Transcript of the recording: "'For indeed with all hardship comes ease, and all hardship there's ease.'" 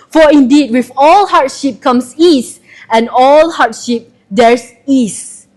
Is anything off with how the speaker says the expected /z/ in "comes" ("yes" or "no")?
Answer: yes